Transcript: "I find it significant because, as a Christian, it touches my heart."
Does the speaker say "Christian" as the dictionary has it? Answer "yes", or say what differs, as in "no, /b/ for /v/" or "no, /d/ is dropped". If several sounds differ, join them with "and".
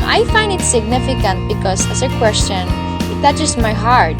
no, /w/ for /ɹ/